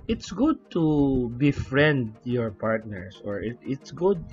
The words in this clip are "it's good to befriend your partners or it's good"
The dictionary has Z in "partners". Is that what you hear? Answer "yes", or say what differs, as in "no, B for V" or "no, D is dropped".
no, S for Z